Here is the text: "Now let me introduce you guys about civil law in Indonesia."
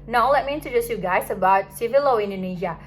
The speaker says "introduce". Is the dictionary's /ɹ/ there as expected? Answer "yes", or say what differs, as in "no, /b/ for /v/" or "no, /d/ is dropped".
no, /ɹ/ is dropped